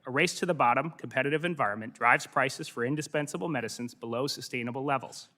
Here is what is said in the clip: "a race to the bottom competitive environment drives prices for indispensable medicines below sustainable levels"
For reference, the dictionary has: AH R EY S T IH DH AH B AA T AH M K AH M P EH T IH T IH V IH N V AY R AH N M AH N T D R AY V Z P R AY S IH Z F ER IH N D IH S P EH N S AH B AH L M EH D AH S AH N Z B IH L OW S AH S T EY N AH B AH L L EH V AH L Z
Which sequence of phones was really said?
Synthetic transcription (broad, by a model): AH R EY S T IH DH AH B AA T AH M K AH M P EH T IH T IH V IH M V AY R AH N M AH N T D R AY V Z P R AY S IH Z F ER IH N D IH S P EH N S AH B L M EH D AH S AH N Z B IH L OW S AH S T EY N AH B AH L L EH V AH L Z